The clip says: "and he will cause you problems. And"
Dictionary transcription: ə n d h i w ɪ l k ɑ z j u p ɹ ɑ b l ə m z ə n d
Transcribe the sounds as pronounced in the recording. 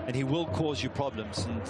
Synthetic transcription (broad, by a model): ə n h i w ɪ l k ɑ z j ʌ p ɹ ɑ b l ə m z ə n